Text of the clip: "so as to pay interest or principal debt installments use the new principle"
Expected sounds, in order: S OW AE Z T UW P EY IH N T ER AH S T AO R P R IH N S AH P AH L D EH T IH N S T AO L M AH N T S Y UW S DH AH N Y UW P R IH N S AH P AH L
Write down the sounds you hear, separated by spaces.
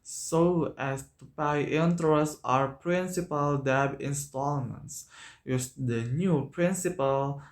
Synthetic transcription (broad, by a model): S OW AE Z T UW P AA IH N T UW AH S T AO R P R IH N S AH P AH L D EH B IH N S T AO L M AH N T S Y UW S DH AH N Y UW P R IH N S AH P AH L